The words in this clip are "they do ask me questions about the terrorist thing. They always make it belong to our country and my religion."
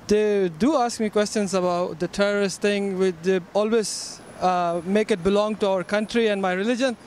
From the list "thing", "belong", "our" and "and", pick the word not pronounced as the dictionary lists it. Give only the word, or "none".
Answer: thing